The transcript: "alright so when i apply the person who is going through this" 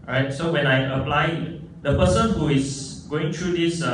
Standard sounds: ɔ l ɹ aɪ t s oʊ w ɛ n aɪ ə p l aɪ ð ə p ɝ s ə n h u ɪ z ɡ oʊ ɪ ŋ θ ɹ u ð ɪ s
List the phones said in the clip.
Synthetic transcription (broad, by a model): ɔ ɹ aɪ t s oʊ w ɛ n aɪ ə p l aɪ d ə p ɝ s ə n h u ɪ s ɡ oʊ ɪ ŋ t ɹ u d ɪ s